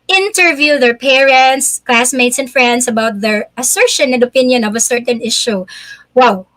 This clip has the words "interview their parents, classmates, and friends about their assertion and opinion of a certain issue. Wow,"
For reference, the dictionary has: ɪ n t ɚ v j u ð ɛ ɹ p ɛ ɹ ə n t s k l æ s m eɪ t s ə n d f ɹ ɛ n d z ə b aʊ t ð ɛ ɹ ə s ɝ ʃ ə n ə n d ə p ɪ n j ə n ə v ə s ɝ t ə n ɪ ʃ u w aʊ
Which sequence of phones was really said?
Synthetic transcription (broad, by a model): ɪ n t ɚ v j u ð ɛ ɹ p ɛ ɹ ə n t s k l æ s m eɪ t s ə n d f ɹ ɛ n d s ə b aʊ t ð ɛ ɹ ə s ɝ ʃ ə n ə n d ə p ɪ n j ə n ə v ə s ɝ t ə n ɪ ʃ u w aʊ